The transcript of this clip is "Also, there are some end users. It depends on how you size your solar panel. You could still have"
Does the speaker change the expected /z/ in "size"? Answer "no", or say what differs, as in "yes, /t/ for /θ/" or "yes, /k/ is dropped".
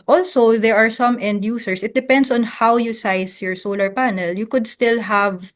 yes, /s/ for /z/